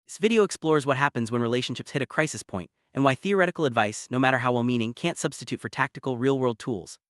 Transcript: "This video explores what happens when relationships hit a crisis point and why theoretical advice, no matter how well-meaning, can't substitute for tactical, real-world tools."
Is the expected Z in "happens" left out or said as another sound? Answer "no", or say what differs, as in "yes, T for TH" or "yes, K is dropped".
no